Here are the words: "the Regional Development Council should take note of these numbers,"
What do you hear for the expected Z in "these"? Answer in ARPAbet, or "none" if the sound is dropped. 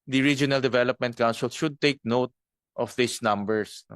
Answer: S